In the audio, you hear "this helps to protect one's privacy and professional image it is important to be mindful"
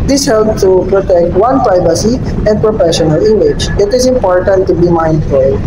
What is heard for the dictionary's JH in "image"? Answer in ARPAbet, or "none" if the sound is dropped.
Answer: CH